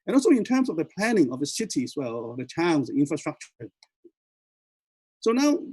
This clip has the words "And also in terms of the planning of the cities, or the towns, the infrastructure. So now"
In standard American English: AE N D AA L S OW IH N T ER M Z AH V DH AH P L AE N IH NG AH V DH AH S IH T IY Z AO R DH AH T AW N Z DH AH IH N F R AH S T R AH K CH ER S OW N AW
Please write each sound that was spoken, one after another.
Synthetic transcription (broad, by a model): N AA L S OW IH N T ER M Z AH V DH AH P L AE N IH NG AH V DH AH S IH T IY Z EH L DH AH T AW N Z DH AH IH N F R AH S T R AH K CH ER S OW N AW